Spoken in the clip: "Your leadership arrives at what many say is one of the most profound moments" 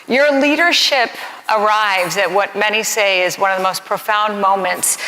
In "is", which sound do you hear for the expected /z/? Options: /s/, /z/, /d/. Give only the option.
/z/